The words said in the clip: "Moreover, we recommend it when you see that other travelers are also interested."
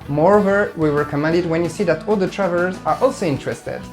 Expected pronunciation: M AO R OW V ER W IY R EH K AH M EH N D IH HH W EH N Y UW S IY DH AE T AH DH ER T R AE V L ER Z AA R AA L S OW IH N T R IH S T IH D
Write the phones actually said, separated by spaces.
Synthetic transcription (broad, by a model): M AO R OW V ER W IY W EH K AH M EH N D IH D W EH N Y UW S IY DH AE T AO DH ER T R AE V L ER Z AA R AA L S OW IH N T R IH S T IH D